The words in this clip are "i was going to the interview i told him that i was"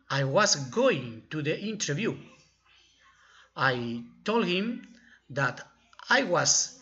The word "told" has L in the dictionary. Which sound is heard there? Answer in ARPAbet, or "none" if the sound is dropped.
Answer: L